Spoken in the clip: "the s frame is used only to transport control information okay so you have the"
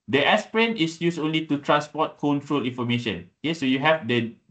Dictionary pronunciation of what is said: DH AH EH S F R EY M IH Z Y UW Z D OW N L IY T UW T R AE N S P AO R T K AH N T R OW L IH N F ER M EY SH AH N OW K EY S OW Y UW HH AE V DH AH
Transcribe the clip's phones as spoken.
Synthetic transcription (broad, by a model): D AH EH S P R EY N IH S Y UW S OW N L IY T UW T R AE N S P AO T K AH N T R OW L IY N F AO M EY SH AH N OW K EY S OW Y UW HH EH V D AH